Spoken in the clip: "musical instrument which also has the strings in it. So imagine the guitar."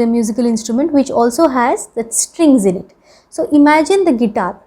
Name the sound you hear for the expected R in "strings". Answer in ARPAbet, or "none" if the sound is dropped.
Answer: R